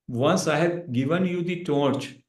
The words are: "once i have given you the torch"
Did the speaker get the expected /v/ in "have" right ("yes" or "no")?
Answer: no